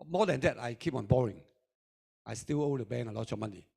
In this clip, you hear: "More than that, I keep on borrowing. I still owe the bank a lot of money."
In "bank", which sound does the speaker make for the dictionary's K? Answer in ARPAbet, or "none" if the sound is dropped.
none